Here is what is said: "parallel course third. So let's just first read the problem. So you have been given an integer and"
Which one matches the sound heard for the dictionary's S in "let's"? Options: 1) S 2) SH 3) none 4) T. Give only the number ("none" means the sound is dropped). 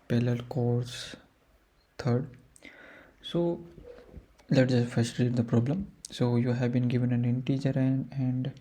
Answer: 3